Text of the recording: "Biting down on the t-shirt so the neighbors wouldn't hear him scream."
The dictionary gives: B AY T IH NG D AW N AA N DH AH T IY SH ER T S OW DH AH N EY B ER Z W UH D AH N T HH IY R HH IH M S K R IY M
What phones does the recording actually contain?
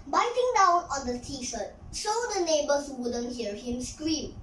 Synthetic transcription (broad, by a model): B AY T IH NG D AW N AA N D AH T IY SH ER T SH OW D AH N EY B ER S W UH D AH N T HH IY R HH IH M S K R IY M